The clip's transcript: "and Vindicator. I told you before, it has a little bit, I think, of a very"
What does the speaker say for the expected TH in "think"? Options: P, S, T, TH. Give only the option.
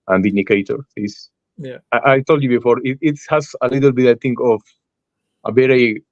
T